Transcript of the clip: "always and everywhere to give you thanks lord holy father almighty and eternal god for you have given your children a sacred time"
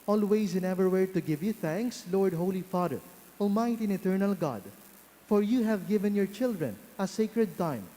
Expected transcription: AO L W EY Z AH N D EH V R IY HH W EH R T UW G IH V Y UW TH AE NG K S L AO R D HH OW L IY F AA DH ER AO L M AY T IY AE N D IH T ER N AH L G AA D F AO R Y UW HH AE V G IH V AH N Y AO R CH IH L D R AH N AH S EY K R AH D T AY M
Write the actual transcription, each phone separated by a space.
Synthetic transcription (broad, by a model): AO L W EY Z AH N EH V IY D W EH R T UW G IH V Y UW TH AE NG K S L AO R D HH OW L IY F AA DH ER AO M AY T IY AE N IH T ER N AH L G AA D F AO R Y UW HH AE V G IH V AH N Y AO R CH IH L D R AH N AH S EY K R AH D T AY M